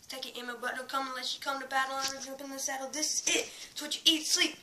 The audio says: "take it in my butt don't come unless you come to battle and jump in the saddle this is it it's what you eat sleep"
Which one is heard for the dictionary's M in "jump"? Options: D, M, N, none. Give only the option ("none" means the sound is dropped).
none